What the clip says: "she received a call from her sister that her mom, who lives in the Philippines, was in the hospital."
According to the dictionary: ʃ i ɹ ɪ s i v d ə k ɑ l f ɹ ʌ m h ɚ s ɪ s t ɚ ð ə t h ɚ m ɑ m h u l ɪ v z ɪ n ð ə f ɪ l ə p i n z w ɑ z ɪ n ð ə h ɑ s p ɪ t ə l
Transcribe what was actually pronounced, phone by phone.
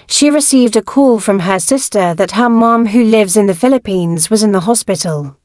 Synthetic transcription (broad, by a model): ʃ i ɹ ɪ s i v d ə k ɑ l f ɹ ʌ m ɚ s ɪ s t ɚ ð ə t h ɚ m ɑ m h u l ɪ v z ɪ n ð ə f ɪ l ə p i n z w ɑ z ɪ n ð ə h ɑ s p ɪ t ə l